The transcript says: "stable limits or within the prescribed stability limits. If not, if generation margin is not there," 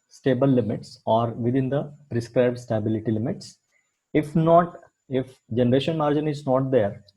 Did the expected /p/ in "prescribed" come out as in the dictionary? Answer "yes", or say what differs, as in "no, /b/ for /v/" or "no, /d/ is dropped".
yes